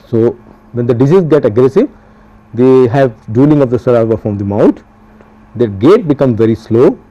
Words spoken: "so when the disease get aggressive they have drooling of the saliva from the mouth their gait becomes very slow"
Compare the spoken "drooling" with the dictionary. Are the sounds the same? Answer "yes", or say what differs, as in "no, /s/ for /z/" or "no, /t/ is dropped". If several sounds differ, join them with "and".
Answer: no, /ɹ/ is dropped